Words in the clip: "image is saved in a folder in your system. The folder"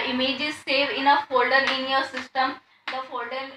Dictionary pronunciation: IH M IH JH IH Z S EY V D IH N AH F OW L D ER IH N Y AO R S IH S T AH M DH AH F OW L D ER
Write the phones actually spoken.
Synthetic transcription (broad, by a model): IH M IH JH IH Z S EY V IH N AH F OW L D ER IH N Y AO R S IH S T AH M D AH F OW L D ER